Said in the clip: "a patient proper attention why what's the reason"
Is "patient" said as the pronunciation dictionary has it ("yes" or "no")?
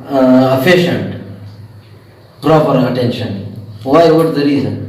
no